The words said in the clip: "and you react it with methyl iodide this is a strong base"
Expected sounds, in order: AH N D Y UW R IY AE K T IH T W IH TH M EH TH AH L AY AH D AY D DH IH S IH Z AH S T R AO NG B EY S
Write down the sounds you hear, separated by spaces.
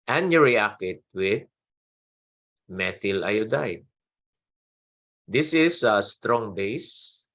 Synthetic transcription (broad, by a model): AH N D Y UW R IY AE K IH T W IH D M EH TH AH L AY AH D AY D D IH S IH S AH S T R AO NG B EY S